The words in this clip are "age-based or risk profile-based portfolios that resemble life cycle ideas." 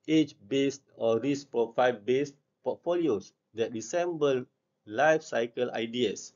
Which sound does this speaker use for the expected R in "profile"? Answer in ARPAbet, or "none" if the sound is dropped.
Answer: none